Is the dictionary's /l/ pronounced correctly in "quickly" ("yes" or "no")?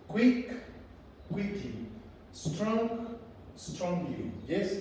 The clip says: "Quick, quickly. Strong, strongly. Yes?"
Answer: no